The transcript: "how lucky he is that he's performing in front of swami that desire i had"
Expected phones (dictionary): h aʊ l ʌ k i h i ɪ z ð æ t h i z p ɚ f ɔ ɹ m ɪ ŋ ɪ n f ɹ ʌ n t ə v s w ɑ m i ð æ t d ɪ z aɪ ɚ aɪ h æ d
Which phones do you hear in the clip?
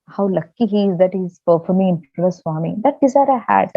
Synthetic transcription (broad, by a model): h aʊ l ʌ k i h i ɪ z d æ t h i z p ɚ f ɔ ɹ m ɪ ɪ n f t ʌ t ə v s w ɑ m i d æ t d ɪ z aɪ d aɪ h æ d